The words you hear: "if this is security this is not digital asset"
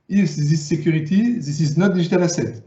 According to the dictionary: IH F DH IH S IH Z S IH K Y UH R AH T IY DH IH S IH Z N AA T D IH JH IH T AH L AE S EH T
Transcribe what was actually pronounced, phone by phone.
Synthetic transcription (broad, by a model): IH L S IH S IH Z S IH K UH R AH T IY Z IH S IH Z N AA T D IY ZH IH T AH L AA S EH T